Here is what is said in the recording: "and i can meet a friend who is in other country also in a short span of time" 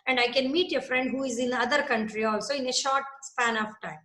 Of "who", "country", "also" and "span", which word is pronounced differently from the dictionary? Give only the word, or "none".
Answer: none